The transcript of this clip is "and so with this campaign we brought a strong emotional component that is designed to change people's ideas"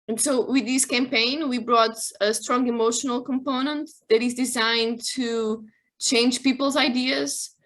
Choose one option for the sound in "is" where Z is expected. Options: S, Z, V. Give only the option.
Z